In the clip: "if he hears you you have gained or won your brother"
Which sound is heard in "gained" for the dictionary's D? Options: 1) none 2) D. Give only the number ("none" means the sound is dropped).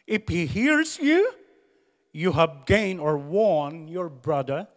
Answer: 1